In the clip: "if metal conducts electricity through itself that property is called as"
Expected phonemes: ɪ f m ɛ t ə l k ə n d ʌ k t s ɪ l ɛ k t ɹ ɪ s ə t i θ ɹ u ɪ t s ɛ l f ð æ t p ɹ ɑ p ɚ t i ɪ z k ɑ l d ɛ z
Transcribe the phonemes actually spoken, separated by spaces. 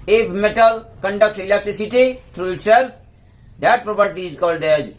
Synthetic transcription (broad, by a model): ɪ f m ɛ t ə l k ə n d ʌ k t ɪ l ɛ k t ɹ ɪ s ə t i t ɹ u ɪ t s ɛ l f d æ t p ɹ ɑ p ɚ t i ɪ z k ɑ l d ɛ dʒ